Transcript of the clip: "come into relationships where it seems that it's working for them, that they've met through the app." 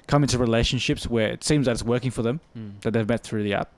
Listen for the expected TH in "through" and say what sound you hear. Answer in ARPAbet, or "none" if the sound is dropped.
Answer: TH